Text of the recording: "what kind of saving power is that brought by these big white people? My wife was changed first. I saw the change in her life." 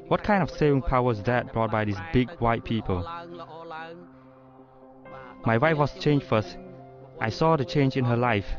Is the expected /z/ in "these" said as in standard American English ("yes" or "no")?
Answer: no